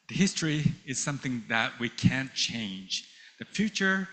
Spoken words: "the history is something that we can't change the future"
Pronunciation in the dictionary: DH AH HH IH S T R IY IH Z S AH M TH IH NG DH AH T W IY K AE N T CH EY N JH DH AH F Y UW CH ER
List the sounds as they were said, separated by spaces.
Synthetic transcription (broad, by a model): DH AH HH IH S T R IY IH Z S AH M TH IH NG DH AH T W IY K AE N CH EY N JH DH AH F Y UW CH ER